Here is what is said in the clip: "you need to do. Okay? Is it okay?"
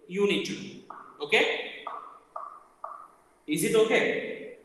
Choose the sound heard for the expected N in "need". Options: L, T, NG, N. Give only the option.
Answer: N